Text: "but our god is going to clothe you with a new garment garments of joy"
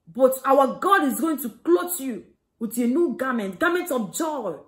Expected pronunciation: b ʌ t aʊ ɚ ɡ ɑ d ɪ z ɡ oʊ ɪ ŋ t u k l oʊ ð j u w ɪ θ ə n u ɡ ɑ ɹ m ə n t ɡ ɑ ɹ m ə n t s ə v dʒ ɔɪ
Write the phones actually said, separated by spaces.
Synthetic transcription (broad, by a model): b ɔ t aʊ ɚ ɡ ɑ d ɪ z ɡ oʊ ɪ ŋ t u k l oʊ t j u w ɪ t ə n u ɡ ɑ m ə n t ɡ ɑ m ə n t ə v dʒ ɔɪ